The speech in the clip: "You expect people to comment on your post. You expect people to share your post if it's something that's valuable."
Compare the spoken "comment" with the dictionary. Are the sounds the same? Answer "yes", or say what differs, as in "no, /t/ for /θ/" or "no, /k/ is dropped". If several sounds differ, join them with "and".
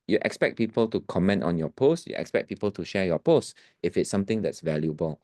yes